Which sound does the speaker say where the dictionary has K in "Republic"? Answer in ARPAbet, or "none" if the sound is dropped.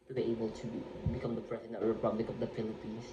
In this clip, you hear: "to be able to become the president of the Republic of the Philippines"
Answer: K